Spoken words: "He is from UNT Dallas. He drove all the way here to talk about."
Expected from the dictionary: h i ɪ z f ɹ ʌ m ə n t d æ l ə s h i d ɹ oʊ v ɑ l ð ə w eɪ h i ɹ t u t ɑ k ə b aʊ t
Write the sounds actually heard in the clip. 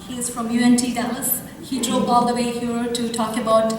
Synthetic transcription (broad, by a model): h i ɪ z f ɹ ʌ m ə n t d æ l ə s h i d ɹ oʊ b ɑ l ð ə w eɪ h i ɹ t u t ɑ k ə b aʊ t